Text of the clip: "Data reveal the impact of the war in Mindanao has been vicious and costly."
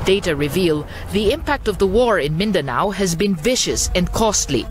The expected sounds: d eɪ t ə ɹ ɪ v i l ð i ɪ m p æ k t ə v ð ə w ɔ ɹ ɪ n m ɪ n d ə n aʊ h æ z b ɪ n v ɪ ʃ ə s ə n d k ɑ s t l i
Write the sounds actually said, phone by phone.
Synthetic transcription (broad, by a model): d eɪ t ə ɹ ɪ v i l ð i ɪ m p æ k t ə v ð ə w ɔ ɹ ɪ n m ɪ n d ə n aʊ h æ z b ɪ n v ɪ ʃ ə s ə n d k ɑ s t l i